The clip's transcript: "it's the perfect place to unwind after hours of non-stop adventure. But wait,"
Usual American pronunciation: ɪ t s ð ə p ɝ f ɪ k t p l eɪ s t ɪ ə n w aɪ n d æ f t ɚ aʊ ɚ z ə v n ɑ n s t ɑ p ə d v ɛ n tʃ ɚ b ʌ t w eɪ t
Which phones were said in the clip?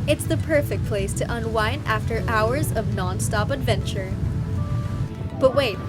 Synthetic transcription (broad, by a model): ɪ t s ð ə p ɝ f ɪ k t p l eɪ s t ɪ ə n w aɪ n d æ f t ɚ aʊ ɚ z ə v n ɑ n s t ɑ p ə d v ɛ n tʃ ɚ b ʌ t w eɪ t